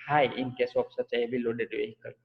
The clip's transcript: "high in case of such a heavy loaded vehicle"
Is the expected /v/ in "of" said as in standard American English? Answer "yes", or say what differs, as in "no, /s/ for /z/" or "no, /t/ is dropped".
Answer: no, /p/ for /v/